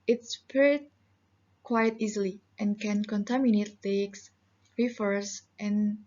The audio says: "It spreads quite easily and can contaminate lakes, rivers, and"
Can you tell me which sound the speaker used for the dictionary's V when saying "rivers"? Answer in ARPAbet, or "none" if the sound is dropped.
F